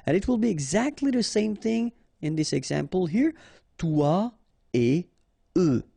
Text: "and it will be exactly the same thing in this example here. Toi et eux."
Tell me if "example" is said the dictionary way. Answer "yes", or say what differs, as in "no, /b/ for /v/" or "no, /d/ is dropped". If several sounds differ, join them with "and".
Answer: yes